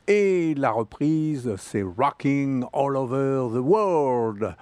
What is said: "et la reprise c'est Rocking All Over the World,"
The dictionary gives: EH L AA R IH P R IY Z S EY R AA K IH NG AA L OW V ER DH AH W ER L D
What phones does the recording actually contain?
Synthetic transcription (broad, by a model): EH L AA R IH P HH IY Z S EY R AA K IH NG AA L OW V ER DH AH W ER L D